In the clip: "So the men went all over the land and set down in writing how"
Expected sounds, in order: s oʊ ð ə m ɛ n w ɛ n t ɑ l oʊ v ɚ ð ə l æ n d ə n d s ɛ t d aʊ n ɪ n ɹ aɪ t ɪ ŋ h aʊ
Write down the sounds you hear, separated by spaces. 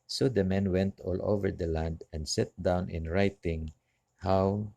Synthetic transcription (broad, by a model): s oʊ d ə m ɛ n w ɛ n t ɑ l oʊ v ɚ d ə l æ n d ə n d s ɛ t d aʊ n ɪ n ɹ aɪ t ɪ ŋ h aʊ